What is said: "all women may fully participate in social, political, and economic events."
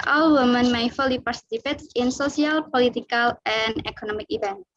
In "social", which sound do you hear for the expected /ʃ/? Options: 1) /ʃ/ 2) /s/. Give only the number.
2